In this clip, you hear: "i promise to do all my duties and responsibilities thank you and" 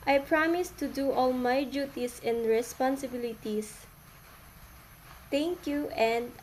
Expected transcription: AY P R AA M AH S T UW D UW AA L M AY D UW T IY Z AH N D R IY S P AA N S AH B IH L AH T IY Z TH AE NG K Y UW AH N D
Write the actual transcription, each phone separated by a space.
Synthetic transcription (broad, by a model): AY P R AA M AH S T UW D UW AA L M AY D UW T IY S AH N D R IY S P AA N S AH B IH L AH T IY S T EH NG K Y UW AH N D